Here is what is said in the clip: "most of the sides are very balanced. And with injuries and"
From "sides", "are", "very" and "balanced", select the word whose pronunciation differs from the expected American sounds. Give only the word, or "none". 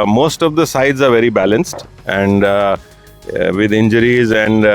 none